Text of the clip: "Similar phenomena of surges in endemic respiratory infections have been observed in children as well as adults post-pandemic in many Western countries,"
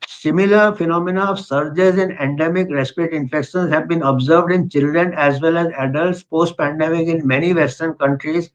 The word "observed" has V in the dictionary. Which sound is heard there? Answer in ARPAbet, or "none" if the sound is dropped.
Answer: V